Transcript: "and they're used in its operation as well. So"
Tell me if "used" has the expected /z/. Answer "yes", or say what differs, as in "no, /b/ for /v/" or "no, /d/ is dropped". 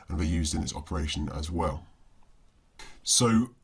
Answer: yes